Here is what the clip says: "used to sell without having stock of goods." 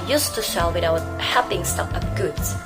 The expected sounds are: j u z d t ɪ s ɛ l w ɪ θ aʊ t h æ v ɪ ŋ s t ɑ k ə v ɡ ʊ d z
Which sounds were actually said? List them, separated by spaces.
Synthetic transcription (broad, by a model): j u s t ɪ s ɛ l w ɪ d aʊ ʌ h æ p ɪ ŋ s t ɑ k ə p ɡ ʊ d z